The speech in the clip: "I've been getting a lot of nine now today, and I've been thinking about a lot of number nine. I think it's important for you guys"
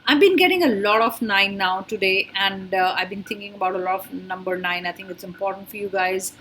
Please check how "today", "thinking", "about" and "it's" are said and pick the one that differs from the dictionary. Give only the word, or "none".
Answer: thinking